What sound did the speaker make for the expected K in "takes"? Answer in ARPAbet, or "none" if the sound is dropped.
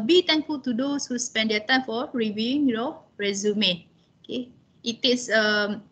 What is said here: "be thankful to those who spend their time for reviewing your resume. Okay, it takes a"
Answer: none